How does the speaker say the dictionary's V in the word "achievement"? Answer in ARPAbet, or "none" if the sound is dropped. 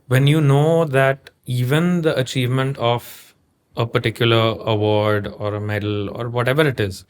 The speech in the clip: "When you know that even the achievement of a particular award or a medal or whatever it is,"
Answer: V